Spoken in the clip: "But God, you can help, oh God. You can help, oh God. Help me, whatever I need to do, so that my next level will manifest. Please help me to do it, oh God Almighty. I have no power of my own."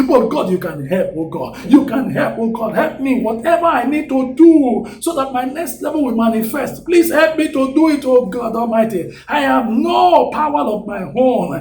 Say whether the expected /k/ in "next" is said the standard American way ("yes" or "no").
yes